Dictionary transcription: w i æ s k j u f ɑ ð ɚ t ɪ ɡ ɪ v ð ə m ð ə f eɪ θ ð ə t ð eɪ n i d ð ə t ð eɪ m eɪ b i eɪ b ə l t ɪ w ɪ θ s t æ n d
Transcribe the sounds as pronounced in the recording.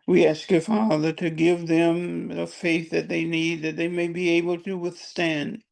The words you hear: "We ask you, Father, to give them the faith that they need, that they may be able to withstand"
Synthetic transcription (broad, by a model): w i æ s k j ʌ f ɑ ð ɚ t ɪ ɡ ɪ v ð ə m ð ə f eɪ θ ð ə t ð eɪ n i d ð ə t ð eɪ m eɪ b i eɪ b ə l t ɪ w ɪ θ s t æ n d